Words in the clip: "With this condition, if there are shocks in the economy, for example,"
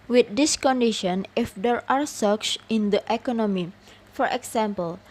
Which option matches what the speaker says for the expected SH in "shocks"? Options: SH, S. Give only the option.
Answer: S